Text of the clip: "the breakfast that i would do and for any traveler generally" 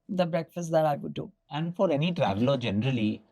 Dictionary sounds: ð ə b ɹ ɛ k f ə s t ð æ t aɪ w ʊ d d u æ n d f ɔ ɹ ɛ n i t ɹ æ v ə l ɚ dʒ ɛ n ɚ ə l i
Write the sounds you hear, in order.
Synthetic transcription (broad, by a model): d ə b ɹ ɛ k f ə s t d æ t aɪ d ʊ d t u æ n d f ɔ ɹ ɛ n i t ɹ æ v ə l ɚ dʒ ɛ n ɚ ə l i